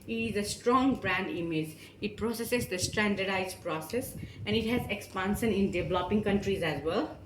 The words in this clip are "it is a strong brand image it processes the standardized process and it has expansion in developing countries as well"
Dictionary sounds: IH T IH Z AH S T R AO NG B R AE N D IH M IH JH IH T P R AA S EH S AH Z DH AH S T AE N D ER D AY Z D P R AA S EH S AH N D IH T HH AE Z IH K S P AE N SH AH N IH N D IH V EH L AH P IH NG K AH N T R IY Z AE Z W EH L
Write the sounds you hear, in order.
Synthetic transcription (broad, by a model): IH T IH Z AH S T R AO NG B R AE N D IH M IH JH IH T P R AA S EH S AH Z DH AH S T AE N D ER D AY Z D P R AA S EH S AH N D IH T HH AE Z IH K S P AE N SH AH N IH N D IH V L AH P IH NG K AH N T R IY Z AE Z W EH L